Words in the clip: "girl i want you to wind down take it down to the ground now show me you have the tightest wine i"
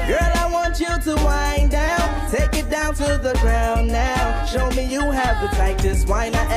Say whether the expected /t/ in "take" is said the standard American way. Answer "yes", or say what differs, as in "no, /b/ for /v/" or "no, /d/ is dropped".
yes